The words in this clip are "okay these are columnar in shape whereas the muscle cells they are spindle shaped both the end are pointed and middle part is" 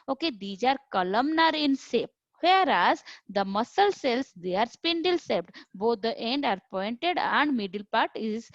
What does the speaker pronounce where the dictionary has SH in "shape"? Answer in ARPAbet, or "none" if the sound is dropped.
S